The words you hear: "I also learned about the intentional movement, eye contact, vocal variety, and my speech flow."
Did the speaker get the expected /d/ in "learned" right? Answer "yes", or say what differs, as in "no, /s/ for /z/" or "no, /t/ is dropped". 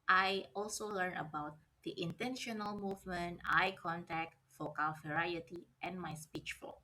no, /d/ is dropped